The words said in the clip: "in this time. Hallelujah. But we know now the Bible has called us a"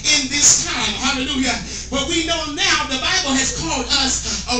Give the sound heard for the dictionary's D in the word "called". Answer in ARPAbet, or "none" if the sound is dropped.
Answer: D